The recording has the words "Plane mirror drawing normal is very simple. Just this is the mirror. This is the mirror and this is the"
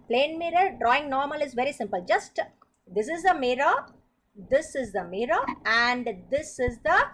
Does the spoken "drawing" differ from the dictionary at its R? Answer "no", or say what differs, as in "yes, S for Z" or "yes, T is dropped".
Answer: no